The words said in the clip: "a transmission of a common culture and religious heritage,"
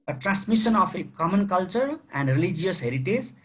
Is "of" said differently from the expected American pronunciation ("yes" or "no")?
yes